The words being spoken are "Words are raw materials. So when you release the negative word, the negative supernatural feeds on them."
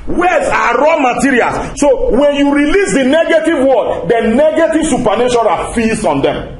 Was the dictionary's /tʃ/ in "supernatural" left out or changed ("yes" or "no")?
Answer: yes